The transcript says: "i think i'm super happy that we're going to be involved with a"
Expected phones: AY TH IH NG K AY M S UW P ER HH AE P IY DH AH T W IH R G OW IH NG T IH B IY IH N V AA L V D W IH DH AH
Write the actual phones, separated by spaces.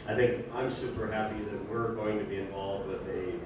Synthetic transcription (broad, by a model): AY TH IH NG K AY M S UW P ER HH AE P IY DH AH T W IH R G OW IH NG T IH B IY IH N V AA L V D W IH DH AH